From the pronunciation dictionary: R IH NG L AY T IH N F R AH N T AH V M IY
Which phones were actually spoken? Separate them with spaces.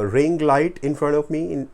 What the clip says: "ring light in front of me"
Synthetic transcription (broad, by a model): R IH NG L AY T IH N F R AH N T AH V M IY